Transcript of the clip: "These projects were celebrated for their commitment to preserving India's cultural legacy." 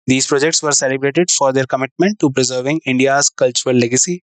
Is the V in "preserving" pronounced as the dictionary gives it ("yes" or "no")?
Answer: yes